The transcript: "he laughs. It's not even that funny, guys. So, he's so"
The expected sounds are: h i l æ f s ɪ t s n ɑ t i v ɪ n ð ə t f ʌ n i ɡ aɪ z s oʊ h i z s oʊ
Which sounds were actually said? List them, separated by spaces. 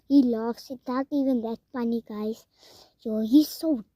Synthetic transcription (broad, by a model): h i l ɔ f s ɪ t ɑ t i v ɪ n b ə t p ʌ n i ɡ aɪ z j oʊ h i s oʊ